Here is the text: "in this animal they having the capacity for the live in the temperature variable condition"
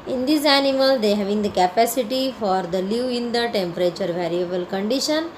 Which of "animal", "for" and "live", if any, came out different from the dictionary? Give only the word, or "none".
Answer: live